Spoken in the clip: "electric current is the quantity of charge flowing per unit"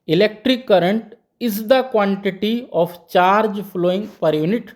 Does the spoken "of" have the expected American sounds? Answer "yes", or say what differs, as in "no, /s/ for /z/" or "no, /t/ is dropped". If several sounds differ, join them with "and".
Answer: no, /p/ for /v/